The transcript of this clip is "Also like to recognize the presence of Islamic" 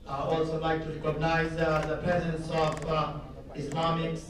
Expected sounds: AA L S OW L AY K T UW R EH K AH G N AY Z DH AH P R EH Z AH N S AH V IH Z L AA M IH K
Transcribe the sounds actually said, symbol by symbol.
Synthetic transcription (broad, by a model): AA L S OW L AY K T UW R EH K AH G N AY Z DH AH P R EH Z AH N S AH V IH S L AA M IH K